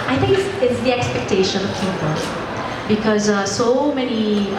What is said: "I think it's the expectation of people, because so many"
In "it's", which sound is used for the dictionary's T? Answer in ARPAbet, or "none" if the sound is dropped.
S